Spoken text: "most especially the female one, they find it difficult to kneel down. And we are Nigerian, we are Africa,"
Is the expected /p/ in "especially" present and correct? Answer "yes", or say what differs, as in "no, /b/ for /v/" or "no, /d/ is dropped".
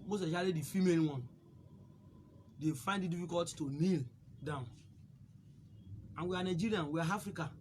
no, /p/ is dropped